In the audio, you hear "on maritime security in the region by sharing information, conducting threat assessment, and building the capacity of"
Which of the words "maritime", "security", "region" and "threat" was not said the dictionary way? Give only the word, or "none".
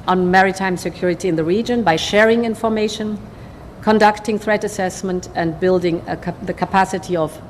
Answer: none